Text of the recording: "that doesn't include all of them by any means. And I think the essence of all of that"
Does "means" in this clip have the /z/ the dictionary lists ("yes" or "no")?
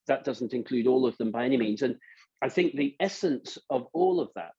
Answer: yes